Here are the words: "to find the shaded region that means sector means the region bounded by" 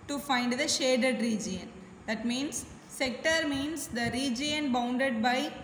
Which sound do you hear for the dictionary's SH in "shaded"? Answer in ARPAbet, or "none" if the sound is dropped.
SH